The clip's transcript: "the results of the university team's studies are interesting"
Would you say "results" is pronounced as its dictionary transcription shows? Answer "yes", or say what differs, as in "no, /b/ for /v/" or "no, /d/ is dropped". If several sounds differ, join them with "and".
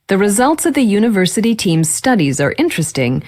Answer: yes